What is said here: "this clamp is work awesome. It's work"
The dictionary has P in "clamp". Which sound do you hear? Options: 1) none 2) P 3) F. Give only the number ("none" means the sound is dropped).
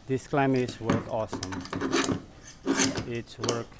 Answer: 1